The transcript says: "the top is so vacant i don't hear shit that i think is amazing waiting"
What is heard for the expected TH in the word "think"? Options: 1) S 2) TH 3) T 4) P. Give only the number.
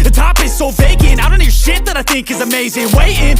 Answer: 2